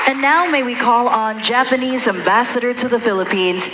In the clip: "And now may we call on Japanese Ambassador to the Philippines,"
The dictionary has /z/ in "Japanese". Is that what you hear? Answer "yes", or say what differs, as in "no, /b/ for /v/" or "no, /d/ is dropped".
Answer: yes